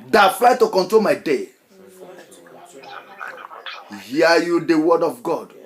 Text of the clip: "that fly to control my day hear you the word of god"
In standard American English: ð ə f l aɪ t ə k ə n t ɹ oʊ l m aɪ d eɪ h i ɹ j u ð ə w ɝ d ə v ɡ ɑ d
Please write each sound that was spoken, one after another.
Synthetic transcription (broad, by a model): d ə f l aɪ t ə k ə n t ɹ oʊ l m aɪ d eɪ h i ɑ j u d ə w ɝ d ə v ɡ ɑ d